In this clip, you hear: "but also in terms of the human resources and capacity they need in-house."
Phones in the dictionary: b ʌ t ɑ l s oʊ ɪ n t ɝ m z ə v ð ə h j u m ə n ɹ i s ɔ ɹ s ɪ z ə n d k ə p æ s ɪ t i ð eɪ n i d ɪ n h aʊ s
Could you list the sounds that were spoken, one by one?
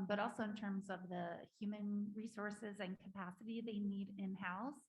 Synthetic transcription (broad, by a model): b ʌ t ɑ l s oʊ ɪ n t ɝ m z ə v ð ə h j u m ə n ɹ i s ɔ ɹ s ɪ z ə n k ə p æ s ɪ t i ð eɪ n i d ɪ n h aʊ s